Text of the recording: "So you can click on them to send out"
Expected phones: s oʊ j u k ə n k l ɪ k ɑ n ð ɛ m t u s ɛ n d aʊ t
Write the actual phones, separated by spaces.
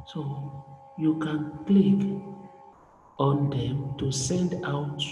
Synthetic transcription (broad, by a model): s oʊ j u k ə n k l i k ɑ n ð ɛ m t u s ɛ n d aʊ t